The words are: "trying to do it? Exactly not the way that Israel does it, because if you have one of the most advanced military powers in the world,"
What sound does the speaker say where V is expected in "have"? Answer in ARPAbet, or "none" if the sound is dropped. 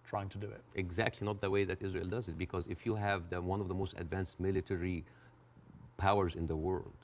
V